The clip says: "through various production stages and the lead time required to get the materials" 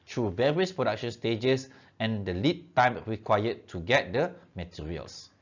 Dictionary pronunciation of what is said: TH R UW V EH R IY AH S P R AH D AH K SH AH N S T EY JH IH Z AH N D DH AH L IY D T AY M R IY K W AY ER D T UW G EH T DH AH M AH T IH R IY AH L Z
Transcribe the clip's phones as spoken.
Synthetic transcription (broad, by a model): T R UW V EH R IY AH S P R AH D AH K SH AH N S T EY JH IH S AH N D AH L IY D T AY M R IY K W AY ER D T UW G EH T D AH M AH T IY R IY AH L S